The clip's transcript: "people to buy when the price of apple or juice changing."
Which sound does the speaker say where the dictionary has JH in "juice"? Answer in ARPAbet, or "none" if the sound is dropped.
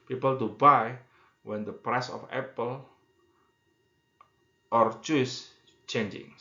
CH